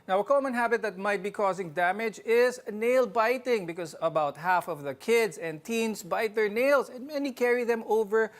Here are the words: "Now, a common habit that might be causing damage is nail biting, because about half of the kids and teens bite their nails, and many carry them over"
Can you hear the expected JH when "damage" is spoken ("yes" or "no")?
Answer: yes